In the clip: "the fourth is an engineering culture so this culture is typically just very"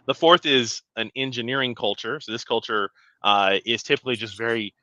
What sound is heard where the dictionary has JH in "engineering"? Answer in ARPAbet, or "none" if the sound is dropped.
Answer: JH